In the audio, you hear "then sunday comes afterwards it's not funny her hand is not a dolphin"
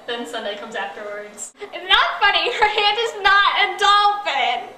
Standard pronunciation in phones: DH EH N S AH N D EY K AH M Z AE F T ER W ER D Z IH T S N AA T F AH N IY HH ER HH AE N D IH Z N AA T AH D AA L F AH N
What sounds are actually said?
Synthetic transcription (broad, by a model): DH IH N S AH N D EY K AH M Z AE F T ER W ER D Z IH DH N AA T F AH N IY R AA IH D IH Z N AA T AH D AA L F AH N